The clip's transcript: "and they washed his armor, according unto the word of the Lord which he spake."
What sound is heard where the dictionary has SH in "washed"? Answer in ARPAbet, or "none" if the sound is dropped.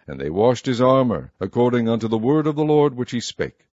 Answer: SH